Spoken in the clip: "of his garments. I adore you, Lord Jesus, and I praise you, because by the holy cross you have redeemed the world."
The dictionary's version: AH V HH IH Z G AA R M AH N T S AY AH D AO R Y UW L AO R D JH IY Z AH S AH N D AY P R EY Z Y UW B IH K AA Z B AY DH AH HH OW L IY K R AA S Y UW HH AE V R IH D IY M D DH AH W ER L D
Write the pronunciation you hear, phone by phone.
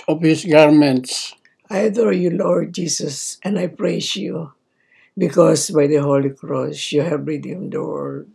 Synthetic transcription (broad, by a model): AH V HH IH S G AA R M AH N T S AY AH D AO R Y UW L AO R D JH IY S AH S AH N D AY P R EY S Y UW B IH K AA S B AY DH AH HH OW L IY K R AA S Y UW HH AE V R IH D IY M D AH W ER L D